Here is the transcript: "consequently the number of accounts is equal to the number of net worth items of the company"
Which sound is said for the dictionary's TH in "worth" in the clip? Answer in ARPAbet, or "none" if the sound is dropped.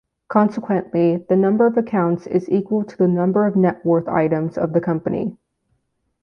TH